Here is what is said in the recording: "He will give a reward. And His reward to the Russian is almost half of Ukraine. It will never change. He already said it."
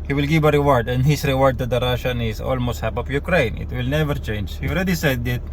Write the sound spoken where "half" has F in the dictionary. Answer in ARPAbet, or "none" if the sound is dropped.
P